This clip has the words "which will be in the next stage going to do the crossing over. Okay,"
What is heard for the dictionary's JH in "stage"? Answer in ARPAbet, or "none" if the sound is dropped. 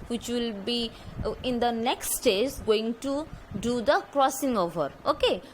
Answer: Z